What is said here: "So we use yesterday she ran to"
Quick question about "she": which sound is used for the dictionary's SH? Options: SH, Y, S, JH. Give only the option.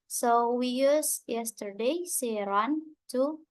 S